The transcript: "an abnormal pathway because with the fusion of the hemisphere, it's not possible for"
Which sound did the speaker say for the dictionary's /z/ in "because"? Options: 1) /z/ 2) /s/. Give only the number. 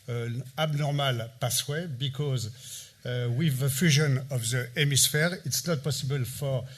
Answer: 1